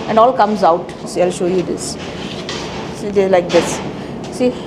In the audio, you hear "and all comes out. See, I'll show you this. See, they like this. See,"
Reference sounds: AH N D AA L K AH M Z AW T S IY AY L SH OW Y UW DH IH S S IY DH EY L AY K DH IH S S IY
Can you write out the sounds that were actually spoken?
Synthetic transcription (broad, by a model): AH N D AA L K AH M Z AW T S IY AY L SH OW Y UW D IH S S IY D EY L AY K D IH S S IY